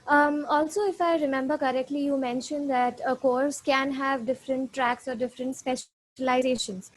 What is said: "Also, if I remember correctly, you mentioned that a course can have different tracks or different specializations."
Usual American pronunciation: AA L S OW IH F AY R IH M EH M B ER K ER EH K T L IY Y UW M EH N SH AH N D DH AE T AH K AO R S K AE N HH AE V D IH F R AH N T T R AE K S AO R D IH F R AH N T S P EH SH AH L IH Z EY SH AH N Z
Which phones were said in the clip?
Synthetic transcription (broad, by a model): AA L S OW IH F AY R IH M EH M B ER K ER EH K T L IY Y UW M EH N SH AH N D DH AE T AH K AO R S K AE N HH AE V D IH F R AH N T T R AE K S AO R D IH F R AH N T S P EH SH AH L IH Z EY SH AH N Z